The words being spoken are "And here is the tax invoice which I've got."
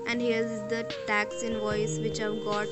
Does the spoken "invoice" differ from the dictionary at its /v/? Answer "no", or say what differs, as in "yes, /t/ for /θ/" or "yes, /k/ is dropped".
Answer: no